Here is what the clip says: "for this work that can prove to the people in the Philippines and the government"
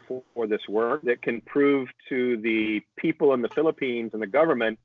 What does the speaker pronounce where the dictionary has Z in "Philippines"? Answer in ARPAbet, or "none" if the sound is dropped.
Z